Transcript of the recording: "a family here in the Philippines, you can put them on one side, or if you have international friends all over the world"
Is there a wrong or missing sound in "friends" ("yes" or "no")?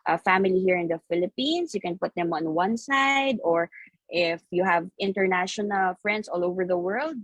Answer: yes